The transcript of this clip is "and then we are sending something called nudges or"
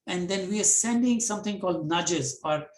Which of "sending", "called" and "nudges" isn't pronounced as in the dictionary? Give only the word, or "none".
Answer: none